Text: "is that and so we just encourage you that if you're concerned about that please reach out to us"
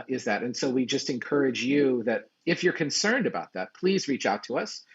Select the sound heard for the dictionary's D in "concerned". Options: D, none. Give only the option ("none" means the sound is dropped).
D